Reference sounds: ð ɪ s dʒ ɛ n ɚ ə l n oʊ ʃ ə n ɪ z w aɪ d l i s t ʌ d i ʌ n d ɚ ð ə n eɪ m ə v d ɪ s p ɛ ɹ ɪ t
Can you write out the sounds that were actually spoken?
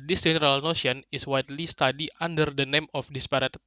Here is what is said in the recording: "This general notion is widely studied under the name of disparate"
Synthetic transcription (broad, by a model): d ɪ s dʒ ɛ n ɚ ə l n oʊ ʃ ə n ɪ s w aɪ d l i s t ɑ d i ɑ n d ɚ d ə n eɪ m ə f d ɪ s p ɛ ɹ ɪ t